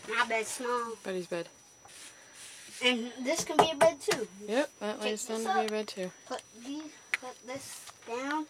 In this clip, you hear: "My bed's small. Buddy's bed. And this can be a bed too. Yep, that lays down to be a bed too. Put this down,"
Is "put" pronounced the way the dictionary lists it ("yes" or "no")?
no